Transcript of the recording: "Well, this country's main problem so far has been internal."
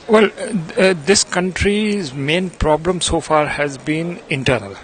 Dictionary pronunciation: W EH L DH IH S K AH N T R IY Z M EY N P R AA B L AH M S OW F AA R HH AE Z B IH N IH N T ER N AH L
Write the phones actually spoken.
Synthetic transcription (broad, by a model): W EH L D IH S K AH N T R IY Z M EY N P R AA B L AH M S OW F AA R HH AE Z B IH N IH N T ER N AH L